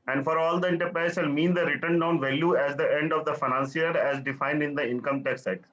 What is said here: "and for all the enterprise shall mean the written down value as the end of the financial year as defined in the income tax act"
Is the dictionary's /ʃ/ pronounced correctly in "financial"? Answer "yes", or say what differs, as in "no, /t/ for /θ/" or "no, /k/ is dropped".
no, /s/ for /ʃ/